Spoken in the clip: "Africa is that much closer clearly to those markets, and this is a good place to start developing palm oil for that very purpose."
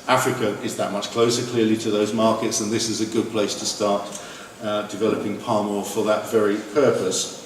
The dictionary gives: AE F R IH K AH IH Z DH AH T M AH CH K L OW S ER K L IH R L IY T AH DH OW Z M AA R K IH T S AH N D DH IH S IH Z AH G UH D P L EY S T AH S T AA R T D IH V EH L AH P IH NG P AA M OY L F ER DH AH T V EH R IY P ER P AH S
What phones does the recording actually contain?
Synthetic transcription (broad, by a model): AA F R IH K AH IH Z DH AH T M AH CH K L OW S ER K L IH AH L IY T AH DH OW Z M AA K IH T S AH N DH IH S IH Z AH G UH D P L EY S T AH S T AA T D IH V EH L AH P IH NG P AA M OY F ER DH AH T V EH R IY P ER P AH S